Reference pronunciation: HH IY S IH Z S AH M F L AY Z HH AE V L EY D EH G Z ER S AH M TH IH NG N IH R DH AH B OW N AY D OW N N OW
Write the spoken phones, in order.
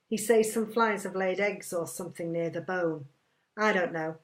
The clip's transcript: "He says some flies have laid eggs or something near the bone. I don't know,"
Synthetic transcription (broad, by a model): HH IY S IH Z S AH M F L AY Z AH V L EY D EH G Z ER S AH M TH IH NG N IH R DH AH B OW N AY D OW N N OW